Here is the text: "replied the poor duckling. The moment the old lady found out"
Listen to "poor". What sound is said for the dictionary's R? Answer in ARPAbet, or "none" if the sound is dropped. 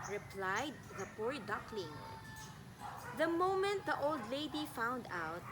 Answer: R